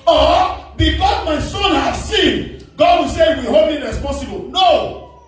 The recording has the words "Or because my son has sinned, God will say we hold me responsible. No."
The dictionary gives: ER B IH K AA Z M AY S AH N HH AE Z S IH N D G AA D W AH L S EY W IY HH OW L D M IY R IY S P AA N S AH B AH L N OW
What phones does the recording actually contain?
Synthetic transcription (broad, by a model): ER B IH K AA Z M AY S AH N HH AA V S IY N G AA D W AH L S EY W IY HH OW D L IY R IY S P AA N S AH B AH L N OW